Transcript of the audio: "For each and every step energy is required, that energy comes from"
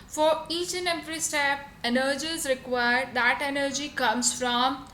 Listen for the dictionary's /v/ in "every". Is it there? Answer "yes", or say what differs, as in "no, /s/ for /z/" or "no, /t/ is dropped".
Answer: no, /p/ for /v/